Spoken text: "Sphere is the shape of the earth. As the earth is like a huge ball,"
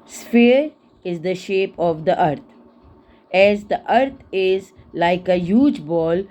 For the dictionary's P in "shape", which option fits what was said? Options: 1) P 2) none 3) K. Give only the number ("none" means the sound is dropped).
1